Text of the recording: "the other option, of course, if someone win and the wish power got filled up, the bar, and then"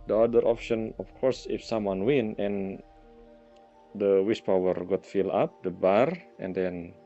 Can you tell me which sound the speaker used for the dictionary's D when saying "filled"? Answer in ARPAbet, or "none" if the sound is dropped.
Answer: none